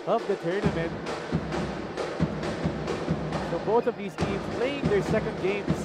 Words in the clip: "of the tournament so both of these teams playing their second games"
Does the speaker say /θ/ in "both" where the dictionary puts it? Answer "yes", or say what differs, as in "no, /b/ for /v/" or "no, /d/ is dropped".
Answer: yes